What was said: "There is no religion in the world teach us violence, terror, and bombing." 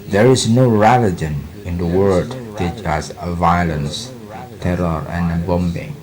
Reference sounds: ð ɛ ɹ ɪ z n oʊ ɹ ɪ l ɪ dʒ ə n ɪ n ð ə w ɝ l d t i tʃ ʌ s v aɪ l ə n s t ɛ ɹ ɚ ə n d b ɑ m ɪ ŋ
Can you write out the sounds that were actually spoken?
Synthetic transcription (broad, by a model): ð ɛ ɹ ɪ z n oʊ ɹ ɪ l ɪ dʒ ə n ɪ n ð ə w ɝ d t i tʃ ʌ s v aɪ l ə n s t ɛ ɹ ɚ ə n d b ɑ m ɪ ŋ